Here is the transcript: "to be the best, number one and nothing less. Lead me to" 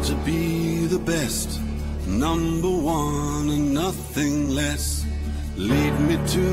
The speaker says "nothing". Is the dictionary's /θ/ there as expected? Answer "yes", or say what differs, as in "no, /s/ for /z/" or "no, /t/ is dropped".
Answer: yes